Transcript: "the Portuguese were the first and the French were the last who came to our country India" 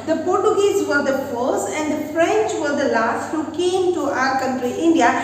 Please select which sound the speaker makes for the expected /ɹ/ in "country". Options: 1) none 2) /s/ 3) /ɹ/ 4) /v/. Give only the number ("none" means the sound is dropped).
3